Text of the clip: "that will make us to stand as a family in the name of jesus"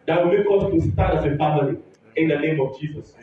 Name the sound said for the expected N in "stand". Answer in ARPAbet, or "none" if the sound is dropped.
none